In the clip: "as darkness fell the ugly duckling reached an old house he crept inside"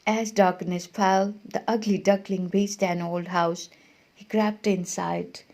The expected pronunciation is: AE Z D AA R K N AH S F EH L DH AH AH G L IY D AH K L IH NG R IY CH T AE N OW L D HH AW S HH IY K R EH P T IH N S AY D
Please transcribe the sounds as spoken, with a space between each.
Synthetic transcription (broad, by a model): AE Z D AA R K N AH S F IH L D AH AH G L IY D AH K L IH NG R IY S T AE N OW L D HH AW S HH IY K R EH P T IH N S AY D